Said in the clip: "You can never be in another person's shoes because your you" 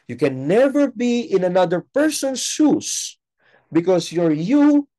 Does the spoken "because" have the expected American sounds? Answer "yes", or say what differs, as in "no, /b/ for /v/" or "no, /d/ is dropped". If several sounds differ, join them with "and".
no, /s/ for /z/